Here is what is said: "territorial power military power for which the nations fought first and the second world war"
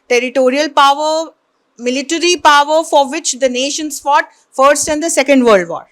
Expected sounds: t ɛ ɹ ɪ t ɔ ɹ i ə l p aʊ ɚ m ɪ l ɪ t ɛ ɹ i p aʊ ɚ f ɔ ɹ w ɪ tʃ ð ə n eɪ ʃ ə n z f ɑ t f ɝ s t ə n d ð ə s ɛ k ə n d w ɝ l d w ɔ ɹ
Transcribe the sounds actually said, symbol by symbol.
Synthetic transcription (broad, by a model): t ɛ ɹ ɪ t ɔ ɹ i ə l p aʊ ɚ m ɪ l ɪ t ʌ ɹ i p aʊ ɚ f ɔ ɹ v ɪ tʃ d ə n eɪ ʃ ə n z f ɑ t f ɝ s t ə n d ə s ɛ k ə n d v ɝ l d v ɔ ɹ